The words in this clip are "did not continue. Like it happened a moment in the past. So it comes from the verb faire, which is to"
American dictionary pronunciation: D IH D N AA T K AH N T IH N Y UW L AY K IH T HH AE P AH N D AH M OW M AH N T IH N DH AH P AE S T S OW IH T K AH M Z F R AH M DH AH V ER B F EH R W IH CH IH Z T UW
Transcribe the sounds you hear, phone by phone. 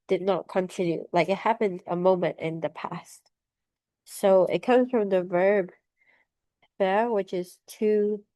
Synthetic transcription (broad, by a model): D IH D N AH T K AH N T IH N Y UW L AY K IH T HH AE P AH N D AH M OW M AH N T IH N DH AH P AE S T S OW IH T K AH M Z F R AH M DH AH V ER B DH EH R W IH CH IH Z T UW